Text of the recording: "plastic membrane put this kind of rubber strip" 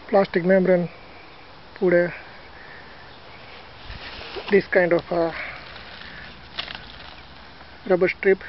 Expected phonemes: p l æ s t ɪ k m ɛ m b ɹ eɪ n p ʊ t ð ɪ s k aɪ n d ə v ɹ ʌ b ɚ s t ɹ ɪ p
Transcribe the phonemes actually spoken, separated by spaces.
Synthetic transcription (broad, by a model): p l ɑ s t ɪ k m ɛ m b ɹ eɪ n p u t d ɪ s k aɪ n d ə f ɹ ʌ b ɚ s t ɹ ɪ p